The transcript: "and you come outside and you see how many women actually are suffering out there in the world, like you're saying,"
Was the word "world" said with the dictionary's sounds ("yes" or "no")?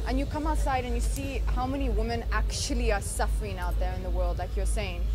yes